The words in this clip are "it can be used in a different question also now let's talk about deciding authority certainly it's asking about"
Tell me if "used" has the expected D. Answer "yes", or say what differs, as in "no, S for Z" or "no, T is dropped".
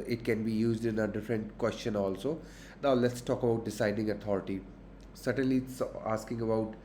yes